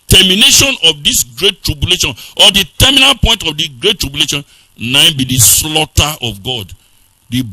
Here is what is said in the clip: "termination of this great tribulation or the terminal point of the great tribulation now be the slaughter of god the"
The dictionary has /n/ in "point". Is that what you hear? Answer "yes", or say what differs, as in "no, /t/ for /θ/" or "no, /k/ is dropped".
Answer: yes